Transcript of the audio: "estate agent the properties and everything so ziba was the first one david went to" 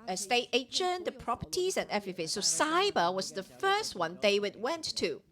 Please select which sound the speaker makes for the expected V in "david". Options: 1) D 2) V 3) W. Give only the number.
3